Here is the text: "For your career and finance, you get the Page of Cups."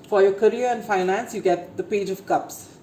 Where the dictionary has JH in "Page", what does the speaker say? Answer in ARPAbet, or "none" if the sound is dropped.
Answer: JH